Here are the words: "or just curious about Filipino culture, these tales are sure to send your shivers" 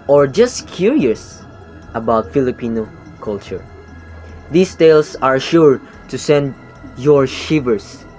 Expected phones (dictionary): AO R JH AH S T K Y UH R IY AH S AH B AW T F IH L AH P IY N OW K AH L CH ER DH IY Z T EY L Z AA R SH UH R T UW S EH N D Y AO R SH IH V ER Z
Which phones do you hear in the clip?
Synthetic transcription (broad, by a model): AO R JH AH S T K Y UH R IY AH S AH B AW T F IH L AH P IY N OW K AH L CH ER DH IY S T EY L S AA R SH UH R T UW S EH N D Y AO R SH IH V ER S